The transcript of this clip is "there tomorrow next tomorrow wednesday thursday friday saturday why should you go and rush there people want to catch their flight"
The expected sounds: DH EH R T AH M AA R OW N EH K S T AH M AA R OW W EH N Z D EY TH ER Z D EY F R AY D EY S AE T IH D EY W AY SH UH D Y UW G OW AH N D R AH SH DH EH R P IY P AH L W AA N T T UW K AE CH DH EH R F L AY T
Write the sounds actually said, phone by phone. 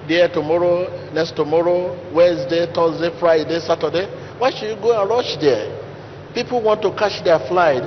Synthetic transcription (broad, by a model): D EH T AH M AA R OW N EH K S T AH M AA R OW W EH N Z D EY T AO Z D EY F R AY D EY S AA T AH D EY W AY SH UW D Y UW G OW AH N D R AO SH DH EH P IY P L W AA N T T UW K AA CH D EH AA F L AY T